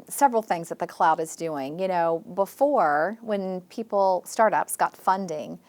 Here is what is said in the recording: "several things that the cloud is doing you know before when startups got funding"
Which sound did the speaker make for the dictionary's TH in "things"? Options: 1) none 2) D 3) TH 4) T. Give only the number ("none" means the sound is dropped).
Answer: 3